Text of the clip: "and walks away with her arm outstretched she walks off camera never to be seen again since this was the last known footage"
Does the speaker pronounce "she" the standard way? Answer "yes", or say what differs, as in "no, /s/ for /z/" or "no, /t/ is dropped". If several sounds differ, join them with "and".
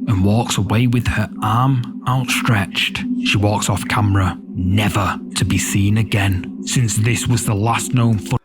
yes